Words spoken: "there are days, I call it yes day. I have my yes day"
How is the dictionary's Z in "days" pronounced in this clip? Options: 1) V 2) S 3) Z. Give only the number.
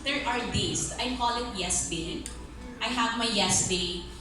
2